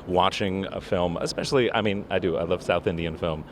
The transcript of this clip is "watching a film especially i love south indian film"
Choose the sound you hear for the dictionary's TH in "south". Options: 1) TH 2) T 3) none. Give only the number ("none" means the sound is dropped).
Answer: 1